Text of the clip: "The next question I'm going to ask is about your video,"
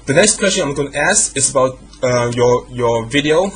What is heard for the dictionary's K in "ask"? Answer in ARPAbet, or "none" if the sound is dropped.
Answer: none